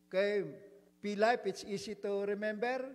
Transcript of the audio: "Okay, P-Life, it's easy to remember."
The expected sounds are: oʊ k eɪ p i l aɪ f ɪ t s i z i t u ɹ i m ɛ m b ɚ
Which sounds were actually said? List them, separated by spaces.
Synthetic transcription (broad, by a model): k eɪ p i l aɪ p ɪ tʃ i s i t u ɹ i m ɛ m b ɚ